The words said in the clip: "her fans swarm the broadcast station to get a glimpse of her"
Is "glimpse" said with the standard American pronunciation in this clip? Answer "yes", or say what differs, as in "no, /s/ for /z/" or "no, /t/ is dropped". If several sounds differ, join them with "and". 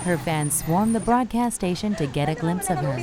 yes